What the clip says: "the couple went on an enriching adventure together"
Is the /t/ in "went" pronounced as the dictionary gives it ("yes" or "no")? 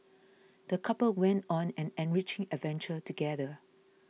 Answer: yes